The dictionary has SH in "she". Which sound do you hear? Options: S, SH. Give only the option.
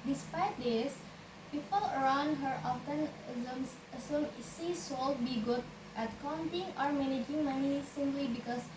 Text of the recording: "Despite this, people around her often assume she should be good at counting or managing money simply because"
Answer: S